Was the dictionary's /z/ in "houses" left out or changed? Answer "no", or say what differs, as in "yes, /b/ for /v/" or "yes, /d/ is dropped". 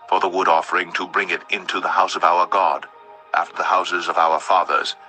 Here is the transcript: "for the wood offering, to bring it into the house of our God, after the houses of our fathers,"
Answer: no